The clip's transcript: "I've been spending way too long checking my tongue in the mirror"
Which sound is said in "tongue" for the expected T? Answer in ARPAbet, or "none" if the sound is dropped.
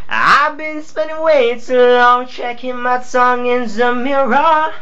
S